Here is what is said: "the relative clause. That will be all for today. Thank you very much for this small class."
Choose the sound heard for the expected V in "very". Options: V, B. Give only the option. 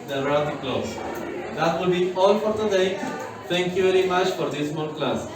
V